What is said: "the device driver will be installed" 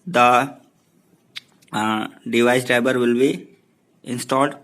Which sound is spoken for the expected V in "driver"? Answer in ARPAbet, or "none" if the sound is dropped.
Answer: B